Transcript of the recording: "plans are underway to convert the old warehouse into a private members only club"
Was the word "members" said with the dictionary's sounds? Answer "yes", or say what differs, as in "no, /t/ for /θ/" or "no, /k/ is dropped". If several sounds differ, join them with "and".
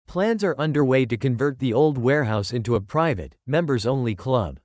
yes